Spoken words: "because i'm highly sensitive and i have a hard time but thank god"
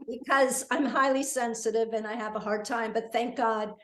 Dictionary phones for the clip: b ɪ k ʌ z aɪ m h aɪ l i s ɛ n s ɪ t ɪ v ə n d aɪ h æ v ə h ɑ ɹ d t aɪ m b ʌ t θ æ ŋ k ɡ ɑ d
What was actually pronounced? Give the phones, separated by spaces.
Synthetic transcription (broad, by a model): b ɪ k ʌ z aɪ m h aɪ l i s ɛ n s ɪ t ɪ v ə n aɪ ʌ v ə h ɑ ɹ d t aɪ m b ʌ t θ æ ŋ k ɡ ɑ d